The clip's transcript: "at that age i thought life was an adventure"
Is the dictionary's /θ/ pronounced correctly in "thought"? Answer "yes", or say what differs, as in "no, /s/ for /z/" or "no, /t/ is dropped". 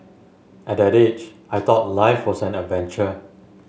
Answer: no, /t/ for /θ/